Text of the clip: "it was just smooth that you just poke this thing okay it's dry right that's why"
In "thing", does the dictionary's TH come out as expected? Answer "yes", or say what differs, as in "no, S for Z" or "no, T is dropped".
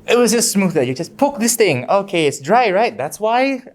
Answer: yes